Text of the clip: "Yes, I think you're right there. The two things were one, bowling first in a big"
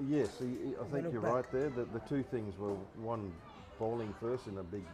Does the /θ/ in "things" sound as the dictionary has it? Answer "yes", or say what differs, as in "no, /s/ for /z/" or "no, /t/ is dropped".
yes